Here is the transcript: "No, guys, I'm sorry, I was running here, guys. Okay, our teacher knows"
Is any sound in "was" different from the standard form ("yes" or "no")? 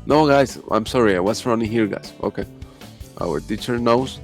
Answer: yes